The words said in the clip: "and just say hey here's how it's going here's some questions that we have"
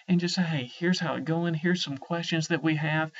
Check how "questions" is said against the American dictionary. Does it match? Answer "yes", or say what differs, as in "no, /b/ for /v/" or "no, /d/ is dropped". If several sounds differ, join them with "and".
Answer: yes